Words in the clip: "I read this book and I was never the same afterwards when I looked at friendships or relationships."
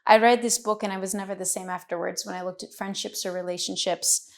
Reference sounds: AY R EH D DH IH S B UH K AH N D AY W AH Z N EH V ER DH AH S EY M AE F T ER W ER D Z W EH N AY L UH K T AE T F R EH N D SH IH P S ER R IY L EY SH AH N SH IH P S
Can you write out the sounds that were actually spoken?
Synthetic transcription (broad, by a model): AY R EH D DH IH S B UH K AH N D AY W AH Z N EH V ER DH AH S EY M AE F T ER W ER D Z W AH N AY L UH K T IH T F R EH N D SH IH P S ER R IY L EY SH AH N SH IH P S